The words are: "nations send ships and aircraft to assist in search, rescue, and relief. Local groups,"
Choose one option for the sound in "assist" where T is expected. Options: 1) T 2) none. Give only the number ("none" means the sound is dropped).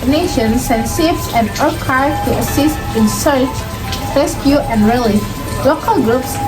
1